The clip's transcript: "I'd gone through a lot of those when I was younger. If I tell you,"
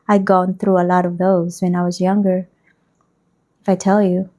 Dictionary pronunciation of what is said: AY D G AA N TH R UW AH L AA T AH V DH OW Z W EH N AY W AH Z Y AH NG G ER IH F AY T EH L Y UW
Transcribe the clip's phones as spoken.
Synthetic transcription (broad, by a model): AY G AA N TH R UW AH L AA T AH V DH OW Z W EH N AY W AH Z Y AH NG G ER IH F AY T EH L Y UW